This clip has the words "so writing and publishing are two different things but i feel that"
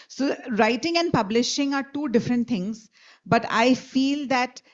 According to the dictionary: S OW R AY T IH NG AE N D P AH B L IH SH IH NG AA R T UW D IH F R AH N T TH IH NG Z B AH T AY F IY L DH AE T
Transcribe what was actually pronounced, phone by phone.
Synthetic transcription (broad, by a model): S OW R AY T IH NG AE N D P AH B L IH SH IH NG AA R T UW D IH F R AH N T T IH NG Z B AH T AY F IY L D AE T